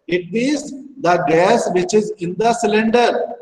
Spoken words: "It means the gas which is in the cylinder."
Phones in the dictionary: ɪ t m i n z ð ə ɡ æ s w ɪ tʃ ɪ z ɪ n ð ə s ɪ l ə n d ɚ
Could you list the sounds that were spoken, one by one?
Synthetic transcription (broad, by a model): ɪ t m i z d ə ɡ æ s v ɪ tʃ ɪ z ɪ n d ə s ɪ l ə n d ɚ